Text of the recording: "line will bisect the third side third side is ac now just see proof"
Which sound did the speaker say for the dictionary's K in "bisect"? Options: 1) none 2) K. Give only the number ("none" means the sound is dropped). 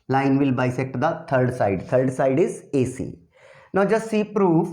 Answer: 2